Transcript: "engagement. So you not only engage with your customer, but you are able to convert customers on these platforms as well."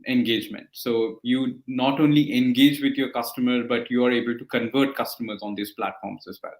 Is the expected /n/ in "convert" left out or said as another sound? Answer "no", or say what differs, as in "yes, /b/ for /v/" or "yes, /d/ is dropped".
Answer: no